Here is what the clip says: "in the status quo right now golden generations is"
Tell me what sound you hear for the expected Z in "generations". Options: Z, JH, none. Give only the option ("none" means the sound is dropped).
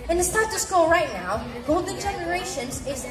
Z